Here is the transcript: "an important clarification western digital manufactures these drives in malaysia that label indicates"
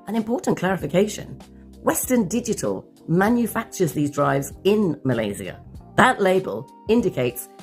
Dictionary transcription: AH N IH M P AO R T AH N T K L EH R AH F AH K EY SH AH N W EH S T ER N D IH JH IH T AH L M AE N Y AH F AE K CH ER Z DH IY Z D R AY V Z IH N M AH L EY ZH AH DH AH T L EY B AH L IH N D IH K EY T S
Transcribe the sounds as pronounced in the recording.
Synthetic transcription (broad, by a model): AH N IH M P AO R T N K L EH R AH F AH K EY SH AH N W EH S T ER N D IH JH IH T AH L M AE N Y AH F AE K CH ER Z DH IY Z D R AY V Z IH N M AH L EY Z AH DH AH T L EY B AH L IH N D IH K EY T S